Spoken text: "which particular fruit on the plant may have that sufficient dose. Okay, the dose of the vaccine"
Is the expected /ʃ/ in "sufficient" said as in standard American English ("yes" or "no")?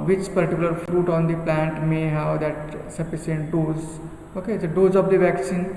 no